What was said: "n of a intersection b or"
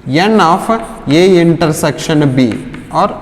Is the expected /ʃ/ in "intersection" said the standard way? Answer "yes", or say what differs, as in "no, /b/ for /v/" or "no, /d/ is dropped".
yes